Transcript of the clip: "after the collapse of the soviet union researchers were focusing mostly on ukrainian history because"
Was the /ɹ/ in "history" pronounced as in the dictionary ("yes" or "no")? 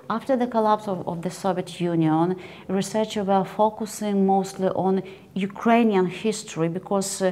yes